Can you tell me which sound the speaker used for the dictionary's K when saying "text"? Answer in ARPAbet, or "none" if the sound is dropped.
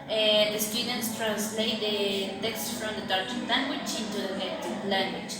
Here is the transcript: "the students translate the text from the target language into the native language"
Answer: K